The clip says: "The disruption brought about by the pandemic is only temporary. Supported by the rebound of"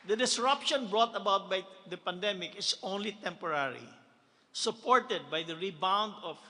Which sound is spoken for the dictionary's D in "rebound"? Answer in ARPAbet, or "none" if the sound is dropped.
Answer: D